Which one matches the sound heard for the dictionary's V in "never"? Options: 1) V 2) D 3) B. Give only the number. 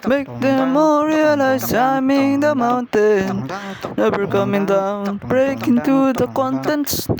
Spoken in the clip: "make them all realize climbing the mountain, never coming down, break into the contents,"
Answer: 3